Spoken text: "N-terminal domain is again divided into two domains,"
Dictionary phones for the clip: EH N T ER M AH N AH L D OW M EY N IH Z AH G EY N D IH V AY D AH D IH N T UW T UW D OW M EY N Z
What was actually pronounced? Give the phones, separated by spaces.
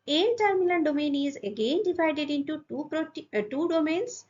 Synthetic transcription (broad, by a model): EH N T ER M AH L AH N D OW M EY N IH Z AH G EY N D IH V AY D AH D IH N T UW T UW D OW M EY N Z